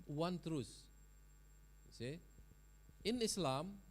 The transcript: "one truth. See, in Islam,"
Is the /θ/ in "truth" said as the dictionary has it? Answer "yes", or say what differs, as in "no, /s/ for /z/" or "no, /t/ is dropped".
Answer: no, /s/ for /θ/